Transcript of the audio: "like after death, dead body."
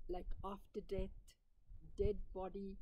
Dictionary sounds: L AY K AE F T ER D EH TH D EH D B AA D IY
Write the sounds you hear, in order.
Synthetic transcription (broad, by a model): L AY K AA F T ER D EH T D EH D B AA D IY